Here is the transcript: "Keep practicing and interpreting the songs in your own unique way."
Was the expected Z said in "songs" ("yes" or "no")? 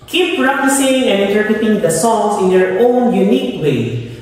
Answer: no